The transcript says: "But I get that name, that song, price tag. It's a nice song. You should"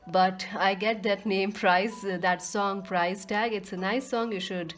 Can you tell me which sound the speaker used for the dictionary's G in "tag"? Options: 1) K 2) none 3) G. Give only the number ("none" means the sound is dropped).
3